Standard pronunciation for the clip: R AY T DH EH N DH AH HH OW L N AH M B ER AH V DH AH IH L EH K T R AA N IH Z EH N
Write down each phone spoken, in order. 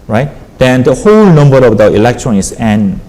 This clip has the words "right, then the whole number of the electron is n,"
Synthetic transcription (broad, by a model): R AY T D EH N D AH HH OW L N AH M B ER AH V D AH IH L EH K T R AA N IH S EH N